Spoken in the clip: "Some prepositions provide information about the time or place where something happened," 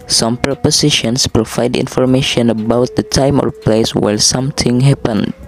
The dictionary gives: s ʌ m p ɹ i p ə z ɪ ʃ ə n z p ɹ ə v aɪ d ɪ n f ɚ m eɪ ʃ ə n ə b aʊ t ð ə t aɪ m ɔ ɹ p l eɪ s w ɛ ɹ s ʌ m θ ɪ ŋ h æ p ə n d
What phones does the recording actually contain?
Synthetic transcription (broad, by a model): s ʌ m p ɹ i p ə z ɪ ʃ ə n s p ɹ ə v aɪ d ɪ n f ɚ m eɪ ʃ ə n ə b aʊ t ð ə t aɪ m ɔ ɹ p l eɪ s w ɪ l s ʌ m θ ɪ ŋ h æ p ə n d